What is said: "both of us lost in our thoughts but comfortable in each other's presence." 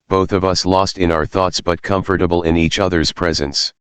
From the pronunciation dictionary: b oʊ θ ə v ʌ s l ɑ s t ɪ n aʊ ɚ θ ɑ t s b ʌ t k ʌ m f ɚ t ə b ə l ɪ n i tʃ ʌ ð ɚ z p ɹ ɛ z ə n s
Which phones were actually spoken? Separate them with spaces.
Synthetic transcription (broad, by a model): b oʊ θ ə v ʌ s l ɑ s t ɪ n aʊ ɚ θ ɑ t s b ʌ t k ʌ m f ɚ t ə b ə l ɪ n i tʃ ʌ ð ɚ z p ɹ ɛ z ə n s